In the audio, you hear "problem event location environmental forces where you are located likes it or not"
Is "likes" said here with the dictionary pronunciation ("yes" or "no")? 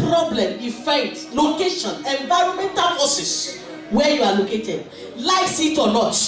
no